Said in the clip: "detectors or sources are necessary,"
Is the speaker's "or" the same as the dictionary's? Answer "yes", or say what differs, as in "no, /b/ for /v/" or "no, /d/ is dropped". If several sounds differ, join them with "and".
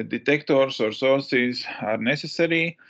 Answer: yes